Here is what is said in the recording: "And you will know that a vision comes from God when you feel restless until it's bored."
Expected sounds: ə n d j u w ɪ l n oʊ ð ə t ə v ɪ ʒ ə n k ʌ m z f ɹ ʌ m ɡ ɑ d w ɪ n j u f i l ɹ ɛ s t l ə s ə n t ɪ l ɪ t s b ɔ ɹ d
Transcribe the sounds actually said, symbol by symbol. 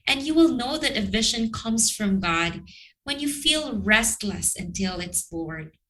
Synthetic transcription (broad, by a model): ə n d j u w ɪ l n oʊ ð ə t ə v ɪ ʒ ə n k ʌ m z f ɹ ʌ m ɡ ɑ d w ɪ n j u f i l ɹ ɛ s t l ə s ə n t ɪ l ɪ t s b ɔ ɹ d